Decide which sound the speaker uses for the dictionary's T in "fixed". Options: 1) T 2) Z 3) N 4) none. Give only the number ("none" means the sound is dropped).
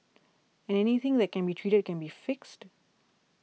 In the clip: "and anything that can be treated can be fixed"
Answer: 1